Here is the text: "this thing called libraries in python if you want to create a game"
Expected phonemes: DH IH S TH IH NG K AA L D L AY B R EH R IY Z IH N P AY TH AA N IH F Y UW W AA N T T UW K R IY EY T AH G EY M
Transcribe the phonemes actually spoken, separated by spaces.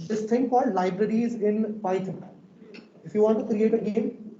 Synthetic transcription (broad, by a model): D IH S T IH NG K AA D L AY B R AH R IY Z IH N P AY T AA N IH F Y UW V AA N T T UW K R IY EY T AH G EY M